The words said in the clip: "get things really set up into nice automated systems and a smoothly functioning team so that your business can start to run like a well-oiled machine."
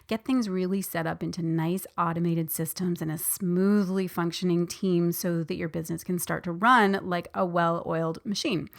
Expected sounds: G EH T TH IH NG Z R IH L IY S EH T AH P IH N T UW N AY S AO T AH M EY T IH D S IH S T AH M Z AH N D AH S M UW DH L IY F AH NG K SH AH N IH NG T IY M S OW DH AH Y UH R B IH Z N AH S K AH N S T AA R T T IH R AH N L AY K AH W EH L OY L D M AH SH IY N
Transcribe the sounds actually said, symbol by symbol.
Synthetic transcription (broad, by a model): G EH T TH IH NG Z R IH L IY S EH T AH P IH N T UW N AY S AO T AH M EY T IH D S IH S T AH M Z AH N AH S M UW DH L IY F AH NG K SH AH N IH NG T IY M S OW DH AH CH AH R B IH Z N AH S K AH N S T AA R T T IH R AH N L AY K AH W EH L OY L D M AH SH IY N